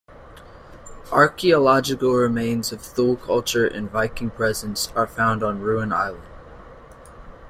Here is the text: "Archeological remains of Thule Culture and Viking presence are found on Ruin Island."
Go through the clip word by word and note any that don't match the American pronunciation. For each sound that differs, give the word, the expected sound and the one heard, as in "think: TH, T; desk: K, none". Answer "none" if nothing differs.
none